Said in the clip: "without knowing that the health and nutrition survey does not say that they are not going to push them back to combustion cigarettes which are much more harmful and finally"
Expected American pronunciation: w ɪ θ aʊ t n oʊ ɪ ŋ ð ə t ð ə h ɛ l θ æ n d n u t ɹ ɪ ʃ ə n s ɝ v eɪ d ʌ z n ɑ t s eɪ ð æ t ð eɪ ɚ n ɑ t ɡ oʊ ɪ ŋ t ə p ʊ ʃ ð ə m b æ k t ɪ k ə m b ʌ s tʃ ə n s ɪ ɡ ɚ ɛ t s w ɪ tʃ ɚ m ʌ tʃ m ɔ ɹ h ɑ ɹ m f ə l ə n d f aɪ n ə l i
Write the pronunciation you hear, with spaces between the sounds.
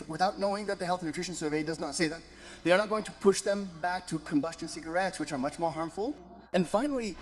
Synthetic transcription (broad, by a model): w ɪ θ aʊ t n oʊ ɪ ŋ ð ə t ð ə h ɛ l θ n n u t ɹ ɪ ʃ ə n s ɝ v eɪ d ʌ z n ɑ t s eɪ ð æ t ð eɪ ɚ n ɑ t ɡ oʊ ɪ ŋ t ə p ʊ ʃ ð ə m b æ k t ɪ k ə m b ʌ s tʃ ə n s ɪ ɡ ɚ ɛ t s w ɪ tʃ ɚ m ʌ tʃ m ɔ ɹ h ɑ ɹ m f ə l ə n f aɪ n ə l i